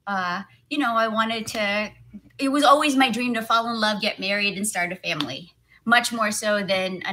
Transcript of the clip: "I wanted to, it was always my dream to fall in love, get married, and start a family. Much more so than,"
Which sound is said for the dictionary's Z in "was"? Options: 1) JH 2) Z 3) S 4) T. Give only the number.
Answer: 2